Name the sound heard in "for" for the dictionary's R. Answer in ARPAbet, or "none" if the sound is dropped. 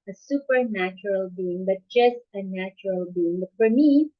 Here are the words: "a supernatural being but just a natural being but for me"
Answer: R